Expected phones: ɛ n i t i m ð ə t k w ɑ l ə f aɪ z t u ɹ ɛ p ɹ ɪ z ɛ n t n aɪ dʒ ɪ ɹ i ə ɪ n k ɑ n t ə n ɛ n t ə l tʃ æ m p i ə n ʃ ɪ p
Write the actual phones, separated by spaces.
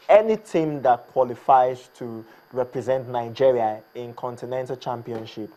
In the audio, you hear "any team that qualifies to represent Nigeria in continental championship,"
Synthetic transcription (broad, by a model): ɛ n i t i m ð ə t k w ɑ l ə f aɪ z t u ɹ ɛ p ɹ ɪ z ɛ n t n aɪ dʒ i ɹ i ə ɪ n k ɑ n t ə n ɛ n t ə l tʃ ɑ m p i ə n ʃ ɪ p